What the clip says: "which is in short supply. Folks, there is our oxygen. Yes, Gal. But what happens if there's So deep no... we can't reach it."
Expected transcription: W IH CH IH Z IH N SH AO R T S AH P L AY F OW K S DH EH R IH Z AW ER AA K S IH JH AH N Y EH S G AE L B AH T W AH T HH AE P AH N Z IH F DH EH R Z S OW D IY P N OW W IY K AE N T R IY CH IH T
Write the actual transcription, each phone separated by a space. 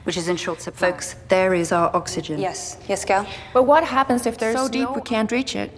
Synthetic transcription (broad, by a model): W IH CH IH Z IH N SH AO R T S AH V F OW K S DH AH R IH Z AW ER AA K S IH JH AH N Y EH S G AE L B AH T W AH T HH AE P AH N Z IH F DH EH R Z S OW D IY P W IY K AE N T R IY CH IH T